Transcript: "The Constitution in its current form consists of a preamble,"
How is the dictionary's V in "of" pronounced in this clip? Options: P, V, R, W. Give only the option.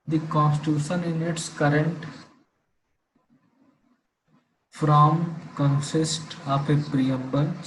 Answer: P